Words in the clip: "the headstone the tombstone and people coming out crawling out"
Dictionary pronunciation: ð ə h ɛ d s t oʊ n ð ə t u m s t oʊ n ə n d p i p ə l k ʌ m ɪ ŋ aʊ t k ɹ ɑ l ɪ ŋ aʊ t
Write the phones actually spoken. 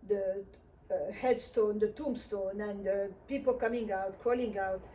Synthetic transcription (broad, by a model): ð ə h ɛ d s t oʊ n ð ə t u m s t oʊ n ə n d p i p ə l k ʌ m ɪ ŋ aʊ t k ɑ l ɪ ŋ aʊ t